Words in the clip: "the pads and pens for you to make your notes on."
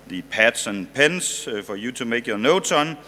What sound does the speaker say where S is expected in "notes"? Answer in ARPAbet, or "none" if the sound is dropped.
none